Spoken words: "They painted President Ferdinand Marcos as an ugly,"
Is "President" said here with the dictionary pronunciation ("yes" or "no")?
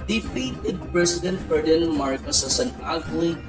no